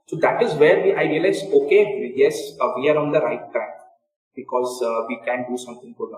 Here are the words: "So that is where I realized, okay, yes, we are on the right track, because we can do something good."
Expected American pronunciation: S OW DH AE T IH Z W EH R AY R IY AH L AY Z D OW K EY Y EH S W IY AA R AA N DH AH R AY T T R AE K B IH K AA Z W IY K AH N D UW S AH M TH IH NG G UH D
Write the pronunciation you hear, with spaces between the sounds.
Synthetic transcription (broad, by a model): S OW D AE T IH Z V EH R AY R IY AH L AY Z OW K EY Y EH S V IY AA R AA N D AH R AY T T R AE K B IH K AA Z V IY K AH N D UW S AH M T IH NG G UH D